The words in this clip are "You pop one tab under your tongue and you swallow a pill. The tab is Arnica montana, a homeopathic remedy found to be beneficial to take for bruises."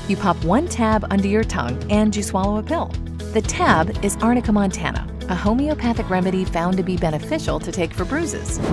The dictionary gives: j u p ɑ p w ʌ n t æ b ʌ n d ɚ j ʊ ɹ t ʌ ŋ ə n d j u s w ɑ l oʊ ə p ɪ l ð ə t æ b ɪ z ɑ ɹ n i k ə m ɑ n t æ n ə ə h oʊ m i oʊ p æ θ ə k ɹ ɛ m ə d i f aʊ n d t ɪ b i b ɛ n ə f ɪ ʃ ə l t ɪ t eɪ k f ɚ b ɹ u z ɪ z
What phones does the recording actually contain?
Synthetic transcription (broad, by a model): j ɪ p ɑ p w ʌ n t æ b ʌ n d ɚ j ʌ ɹ t ʌ ŋ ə n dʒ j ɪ s w ɑ l oʊ ə p ɪ l ð ə t æ b ɪ z ɑ ɹ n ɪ k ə m ɑ n t æ n ə ə h oʊ m i oʊ p æ θ ə k ɹ ɛ m ə d i f aʊ n t ɪ b i b ɛ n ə f ɪ ʃ l t ɪ t eɪ k f ɚ b ɹ u z ɪ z